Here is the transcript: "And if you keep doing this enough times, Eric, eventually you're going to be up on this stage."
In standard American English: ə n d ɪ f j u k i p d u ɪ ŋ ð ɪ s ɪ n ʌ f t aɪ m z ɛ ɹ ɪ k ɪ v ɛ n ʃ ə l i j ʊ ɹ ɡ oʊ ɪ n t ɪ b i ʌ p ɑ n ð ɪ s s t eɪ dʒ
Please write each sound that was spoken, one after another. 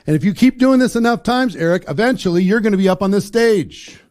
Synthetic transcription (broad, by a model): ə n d ɪ f j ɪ k i p d u ɪ ŋ ð ɪ s ɪ n ʌ f t aɪ m z ɛ ɹ ɪ k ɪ v ɛ n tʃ l i j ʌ ɹ ɡ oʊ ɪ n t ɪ b i ʌ p n ð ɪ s s t eɪ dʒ